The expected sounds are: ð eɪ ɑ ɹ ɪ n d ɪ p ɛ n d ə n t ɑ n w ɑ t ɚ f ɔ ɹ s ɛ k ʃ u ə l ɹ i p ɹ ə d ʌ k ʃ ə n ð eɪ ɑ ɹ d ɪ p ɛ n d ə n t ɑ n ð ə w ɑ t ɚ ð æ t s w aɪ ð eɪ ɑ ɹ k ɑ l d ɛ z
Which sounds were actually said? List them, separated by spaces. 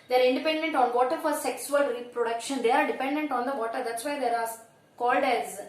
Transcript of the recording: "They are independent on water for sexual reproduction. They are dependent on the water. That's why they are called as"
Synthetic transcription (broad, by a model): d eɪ ɑ ɹ ɪ n d ɪ p ɛ n d ə n t ɑ n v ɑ t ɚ f ɔ ɹ s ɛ k s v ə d ɹ i p ɹ ə d ʌ k ʃ ə n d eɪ ɑ ɹ d ɪ p ɛ n d ə n t ɑ n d ə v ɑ t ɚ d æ t s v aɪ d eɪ ɑ ɹ k ɑ l d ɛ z